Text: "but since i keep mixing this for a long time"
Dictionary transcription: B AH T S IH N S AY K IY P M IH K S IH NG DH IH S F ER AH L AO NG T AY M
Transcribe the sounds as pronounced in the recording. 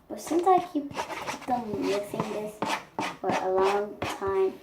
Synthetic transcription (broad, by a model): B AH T S IH N S AY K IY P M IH S IH NG DH IH S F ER AH L AO NG T AY M